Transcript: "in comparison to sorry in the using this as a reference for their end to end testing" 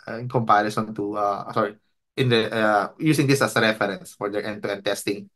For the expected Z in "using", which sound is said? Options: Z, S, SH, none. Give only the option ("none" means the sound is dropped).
S